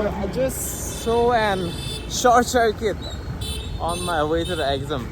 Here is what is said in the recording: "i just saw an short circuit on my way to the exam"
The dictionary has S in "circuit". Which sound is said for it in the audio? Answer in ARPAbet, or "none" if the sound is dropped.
SH